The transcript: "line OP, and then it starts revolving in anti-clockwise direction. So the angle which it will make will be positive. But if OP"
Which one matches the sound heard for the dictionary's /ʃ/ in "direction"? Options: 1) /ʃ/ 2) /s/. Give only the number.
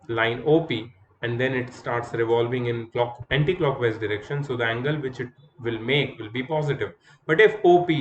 1